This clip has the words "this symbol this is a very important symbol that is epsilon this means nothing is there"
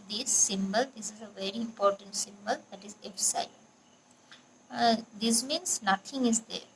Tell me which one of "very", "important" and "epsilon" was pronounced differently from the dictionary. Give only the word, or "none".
epsilon